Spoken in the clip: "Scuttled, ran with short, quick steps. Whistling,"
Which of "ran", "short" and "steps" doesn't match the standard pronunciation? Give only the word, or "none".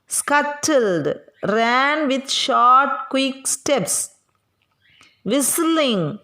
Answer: none